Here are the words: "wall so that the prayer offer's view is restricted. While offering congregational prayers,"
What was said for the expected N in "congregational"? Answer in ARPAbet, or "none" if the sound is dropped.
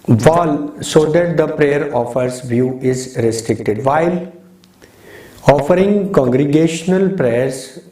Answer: N